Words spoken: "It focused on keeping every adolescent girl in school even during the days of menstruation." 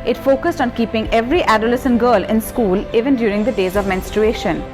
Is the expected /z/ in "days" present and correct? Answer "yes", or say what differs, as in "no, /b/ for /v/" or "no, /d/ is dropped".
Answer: yes